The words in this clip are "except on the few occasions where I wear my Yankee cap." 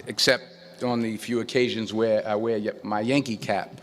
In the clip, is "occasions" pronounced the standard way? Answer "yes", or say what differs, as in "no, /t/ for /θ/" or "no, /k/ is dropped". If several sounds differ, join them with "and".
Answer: yes